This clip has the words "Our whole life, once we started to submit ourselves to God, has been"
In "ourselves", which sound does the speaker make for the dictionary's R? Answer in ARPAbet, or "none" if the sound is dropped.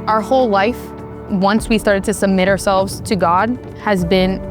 R